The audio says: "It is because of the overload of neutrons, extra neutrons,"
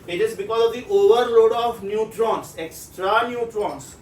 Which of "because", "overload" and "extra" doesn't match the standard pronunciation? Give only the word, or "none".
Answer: none